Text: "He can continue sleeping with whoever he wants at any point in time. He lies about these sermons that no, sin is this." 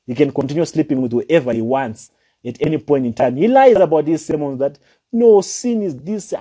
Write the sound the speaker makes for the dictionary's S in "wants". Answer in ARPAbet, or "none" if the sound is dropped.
S